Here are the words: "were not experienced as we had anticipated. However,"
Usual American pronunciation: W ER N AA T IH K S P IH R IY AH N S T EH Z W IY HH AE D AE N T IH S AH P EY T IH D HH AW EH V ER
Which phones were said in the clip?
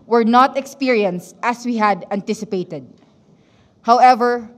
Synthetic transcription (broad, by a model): W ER N AA T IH K S P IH R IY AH N S T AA S W IY HH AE D AE N T IH S AH P EY T IH D HH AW EH V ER